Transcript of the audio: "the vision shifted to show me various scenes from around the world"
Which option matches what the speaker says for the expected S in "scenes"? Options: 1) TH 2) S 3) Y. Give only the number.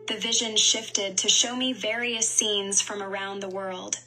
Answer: 2